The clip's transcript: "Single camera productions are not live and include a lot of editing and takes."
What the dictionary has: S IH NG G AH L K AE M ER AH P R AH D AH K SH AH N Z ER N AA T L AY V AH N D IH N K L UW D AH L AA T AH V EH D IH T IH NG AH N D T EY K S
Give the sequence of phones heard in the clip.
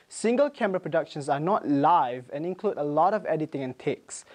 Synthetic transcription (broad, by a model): S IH NG G AH L K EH M ER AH P R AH D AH K SH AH N S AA N AA T L AY V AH N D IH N K L UW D AH L AA T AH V EH D IH T IH NG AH N T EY K S